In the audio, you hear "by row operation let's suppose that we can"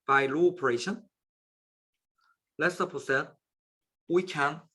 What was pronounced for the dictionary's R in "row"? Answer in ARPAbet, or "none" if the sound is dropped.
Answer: L